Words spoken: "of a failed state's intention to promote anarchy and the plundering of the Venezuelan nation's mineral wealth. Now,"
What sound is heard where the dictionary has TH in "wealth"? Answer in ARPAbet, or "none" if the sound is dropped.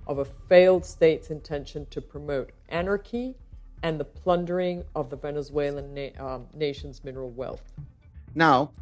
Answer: TH